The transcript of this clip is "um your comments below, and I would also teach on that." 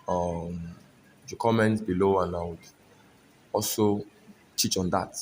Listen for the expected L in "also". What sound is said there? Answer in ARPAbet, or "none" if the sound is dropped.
L